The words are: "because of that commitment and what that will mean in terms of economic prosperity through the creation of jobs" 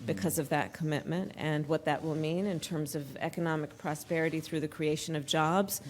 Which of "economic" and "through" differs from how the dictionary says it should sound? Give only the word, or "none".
none